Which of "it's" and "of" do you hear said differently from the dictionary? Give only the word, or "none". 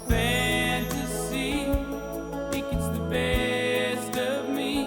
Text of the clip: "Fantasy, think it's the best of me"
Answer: none